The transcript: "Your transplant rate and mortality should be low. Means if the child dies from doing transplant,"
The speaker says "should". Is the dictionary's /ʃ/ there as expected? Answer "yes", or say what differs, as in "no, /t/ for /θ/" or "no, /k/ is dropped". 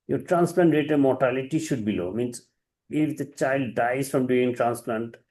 yes